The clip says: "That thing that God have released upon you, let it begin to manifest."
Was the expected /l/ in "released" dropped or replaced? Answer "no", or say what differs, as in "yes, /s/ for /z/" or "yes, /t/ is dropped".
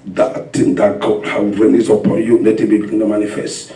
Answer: yes, /n/ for /l/